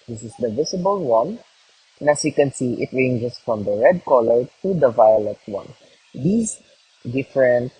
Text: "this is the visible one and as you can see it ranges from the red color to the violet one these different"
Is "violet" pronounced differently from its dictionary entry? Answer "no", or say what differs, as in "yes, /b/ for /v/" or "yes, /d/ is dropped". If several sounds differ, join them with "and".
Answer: no